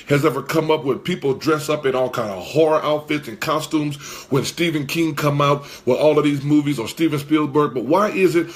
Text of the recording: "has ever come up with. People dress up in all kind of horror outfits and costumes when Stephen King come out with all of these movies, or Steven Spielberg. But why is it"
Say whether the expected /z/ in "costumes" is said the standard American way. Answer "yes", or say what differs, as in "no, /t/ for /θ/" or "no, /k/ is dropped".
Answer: yes